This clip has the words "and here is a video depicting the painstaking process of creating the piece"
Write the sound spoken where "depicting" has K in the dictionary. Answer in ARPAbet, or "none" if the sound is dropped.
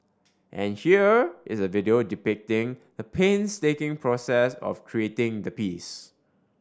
K